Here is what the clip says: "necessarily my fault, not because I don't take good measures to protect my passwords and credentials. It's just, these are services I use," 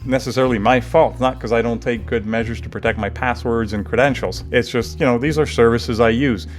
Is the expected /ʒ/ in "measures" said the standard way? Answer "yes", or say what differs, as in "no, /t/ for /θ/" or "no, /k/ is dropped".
yes